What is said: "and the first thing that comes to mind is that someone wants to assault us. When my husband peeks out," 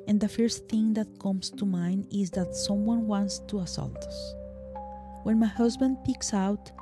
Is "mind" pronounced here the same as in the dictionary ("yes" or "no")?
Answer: no